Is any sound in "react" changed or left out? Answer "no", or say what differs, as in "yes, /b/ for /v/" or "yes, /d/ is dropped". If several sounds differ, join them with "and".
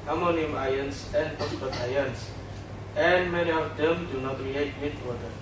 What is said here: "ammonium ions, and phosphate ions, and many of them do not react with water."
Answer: yes, /k/ is dropped